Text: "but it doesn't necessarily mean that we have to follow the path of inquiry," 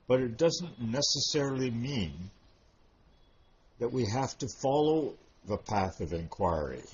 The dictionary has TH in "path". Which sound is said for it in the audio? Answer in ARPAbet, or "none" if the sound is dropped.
TH